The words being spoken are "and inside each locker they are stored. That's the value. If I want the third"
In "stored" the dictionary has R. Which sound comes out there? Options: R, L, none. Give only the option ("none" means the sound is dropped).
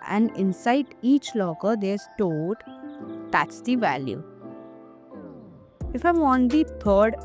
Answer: L